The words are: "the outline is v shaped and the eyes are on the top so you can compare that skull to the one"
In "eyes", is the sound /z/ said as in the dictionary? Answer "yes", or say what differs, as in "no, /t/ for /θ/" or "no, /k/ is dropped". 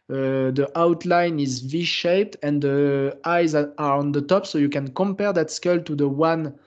yes